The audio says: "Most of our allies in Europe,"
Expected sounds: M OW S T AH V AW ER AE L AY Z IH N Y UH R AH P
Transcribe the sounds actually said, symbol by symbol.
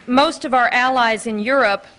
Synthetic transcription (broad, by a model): M OW S T AH V AW ER AE L AY Z IH N Y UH R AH P